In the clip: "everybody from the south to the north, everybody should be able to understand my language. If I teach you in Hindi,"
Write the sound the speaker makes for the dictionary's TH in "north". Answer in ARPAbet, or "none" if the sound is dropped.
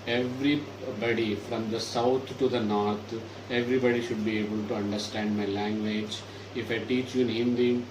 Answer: T